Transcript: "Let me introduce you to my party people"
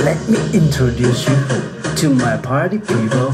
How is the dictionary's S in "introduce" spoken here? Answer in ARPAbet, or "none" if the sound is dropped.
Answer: S